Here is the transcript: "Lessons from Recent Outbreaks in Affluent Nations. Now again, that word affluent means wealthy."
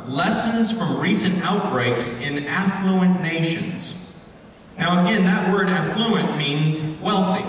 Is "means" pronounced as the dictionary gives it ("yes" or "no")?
yes